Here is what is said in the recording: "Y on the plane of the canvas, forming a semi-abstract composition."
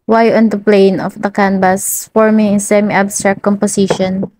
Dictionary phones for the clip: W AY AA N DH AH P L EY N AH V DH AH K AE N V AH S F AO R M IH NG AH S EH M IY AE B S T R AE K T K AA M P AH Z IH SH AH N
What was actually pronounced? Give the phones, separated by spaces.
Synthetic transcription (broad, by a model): W AY AA N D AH P L EY N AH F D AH K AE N B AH S F AO R M IH NG AH S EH M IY B S T R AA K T K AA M P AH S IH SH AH N